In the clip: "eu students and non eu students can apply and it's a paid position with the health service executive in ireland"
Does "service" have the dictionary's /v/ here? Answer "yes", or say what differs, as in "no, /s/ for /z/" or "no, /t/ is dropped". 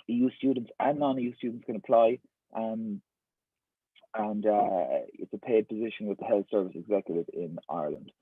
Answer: yes